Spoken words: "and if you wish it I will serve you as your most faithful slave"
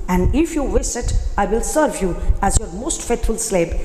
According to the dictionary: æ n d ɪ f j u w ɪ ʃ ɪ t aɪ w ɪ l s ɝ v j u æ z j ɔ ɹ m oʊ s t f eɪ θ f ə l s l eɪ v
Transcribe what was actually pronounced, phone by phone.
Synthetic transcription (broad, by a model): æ n d ɪ f j u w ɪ s ɪ t aɪ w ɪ l s ɝ v j u æ z j ɔ ɹ m oʊ s t f eɪ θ f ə l s l eɪ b